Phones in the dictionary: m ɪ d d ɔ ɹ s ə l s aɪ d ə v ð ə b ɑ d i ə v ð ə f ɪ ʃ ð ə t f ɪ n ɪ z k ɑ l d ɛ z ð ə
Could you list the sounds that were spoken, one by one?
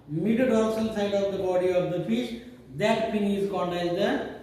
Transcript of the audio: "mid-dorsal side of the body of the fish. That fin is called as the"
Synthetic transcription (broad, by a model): m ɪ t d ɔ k s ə l s aɪ d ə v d ə b ɑ d i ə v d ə f ɪ ʃ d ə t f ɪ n ɪ z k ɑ n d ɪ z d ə